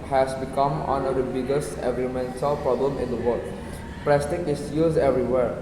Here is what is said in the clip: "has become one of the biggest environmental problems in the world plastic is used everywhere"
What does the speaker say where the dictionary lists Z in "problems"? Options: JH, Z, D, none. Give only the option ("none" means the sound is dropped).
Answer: none